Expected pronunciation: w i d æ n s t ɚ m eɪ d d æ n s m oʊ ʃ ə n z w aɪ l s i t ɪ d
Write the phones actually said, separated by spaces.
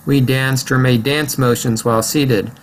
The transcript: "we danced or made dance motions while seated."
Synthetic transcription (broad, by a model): w i d æ n s t ɚ m eɪ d d æ n s m oʊ ʃ ə n z w aɪ l s i t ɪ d